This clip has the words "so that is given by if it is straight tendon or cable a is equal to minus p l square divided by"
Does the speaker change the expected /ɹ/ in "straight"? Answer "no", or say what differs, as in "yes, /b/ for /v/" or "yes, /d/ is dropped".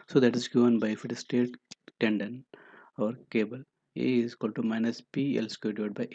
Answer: yes, /ɹ/ is dropped